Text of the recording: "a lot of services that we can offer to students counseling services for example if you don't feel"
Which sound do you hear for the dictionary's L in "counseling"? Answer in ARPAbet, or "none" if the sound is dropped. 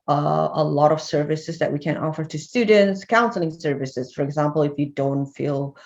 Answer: L